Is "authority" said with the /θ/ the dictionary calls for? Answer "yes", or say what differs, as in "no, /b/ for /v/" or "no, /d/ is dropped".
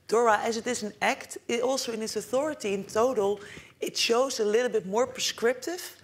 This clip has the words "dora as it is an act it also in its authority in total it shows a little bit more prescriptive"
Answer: yes